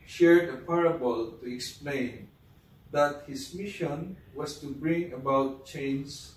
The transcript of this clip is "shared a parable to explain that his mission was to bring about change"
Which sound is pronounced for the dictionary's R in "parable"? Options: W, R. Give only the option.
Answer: R